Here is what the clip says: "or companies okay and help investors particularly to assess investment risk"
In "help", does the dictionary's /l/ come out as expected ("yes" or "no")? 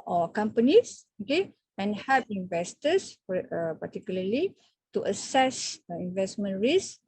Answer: no